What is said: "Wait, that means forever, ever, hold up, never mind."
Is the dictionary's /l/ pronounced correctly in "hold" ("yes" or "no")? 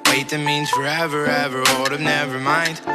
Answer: no